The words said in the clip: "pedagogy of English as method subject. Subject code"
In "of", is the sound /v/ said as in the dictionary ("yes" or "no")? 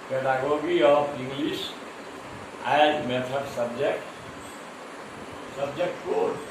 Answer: no